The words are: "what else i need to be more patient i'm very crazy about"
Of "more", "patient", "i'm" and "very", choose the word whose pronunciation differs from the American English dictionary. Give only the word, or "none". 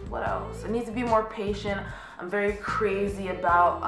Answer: none